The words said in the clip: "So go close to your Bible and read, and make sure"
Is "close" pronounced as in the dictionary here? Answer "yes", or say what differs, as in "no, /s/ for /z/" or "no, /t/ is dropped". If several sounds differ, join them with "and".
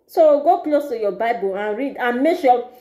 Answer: yes